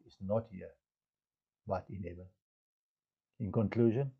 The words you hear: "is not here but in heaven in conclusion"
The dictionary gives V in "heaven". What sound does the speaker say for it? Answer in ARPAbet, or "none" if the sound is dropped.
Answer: B